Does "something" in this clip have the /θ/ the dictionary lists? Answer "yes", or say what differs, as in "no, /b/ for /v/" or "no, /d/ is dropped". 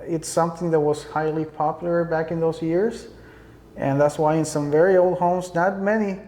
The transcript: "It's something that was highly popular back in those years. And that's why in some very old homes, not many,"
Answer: yes